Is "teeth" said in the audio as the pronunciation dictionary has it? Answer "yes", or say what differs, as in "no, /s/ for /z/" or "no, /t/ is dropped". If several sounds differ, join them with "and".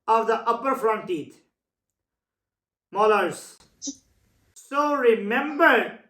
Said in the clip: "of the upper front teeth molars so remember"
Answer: no, /t/ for /θ/